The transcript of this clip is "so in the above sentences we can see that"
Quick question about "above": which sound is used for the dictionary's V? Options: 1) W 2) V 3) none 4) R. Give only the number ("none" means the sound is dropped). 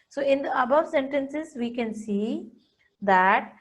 2